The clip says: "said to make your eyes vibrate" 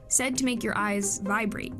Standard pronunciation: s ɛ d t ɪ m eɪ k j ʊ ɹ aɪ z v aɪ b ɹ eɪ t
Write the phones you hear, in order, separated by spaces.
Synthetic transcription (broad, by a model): s ɛ d t ɪ m eɪ k j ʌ ɹ aɪ z v aɪ b ɹ eɪ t